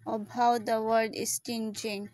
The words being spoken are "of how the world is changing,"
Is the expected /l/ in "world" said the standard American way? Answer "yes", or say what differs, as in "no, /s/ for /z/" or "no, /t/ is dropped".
no, /l/ is dropped